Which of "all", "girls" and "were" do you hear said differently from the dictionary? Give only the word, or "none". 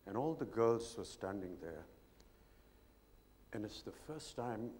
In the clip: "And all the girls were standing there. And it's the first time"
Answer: none